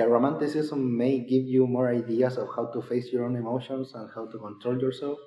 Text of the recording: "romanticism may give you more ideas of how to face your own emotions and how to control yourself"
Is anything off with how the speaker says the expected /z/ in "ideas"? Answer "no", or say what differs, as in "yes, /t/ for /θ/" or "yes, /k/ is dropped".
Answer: yes, /s/ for /z/